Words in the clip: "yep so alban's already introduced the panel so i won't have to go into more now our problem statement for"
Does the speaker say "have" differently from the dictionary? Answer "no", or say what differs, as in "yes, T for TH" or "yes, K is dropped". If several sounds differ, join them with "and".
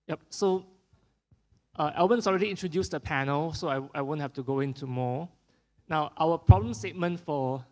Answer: yes, F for V